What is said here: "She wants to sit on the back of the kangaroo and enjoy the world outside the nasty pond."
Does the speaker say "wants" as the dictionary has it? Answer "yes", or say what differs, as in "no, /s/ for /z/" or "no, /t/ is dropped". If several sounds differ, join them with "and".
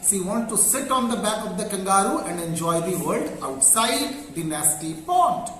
no, /s/ is dropped